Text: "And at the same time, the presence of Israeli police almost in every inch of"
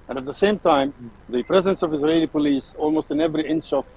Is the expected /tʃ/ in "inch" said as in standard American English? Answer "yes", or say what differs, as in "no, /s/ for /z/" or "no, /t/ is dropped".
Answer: no, /ʃ/ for /tʃ/